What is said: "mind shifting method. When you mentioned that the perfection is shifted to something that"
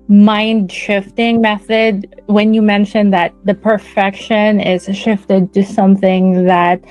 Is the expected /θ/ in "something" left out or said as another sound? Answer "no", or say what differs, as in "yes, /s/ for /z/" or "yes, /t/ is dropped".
no